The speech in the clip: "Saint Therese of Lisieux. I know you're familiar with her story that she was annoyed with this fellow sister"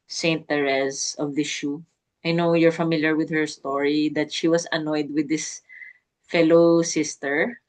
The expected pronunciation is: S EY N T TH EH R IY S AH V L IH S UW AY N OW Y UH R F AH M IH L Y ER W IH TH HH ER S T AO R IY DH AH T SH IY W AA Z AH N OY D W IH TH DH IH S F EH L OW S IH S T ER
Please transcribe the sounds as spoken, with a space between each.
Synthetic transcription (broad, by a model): S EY N T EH R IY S AH V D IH SH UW AY N OW Y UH R F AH M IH L Y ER W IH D HH ER S T AO R IY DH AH T SH IY W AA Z AH N OY D W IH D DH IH S F EH L OW S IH S T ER